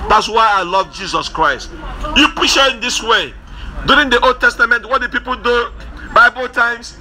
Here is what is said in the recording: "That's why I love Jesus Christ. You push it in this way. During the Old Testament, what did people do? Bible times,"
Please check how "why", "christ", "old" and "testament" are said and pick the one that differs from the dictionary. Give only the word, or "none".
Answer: none